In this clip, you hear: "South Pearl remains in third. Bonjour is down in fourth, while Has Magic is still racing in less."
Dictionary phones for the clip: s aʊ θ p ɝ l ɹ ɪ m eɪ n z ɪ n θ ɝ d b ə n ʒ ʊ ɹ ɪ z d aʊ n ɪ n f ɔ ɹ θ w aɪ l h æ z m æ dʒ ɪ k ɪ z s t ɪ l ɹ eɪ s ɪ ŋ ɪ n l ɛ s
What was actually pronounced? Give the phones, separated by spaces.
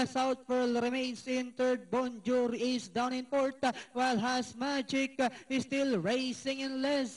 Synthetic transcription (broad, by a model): s aʊ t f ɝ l ɹ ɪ m eɪ n s ɪ n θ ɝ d b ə n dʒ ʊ ɹ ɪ s d aʊ n ɪ n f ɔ ɹ t w aɪ l h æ s m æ dʒ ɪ k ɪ s t ɪ l ɹ eɪ s ɪ ŋ ɪ n l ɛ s